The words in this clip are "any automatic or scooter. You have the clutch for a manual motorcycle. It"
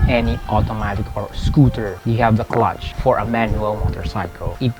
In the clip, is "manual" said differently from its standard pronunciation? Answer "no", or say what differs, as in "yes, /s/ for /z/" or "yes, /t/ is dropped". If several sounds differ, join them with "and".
no